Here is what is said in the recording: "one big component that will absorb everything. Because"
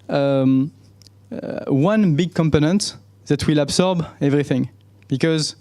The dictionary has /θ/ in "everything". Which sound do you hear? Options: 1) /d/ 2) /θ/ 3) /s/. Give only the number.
2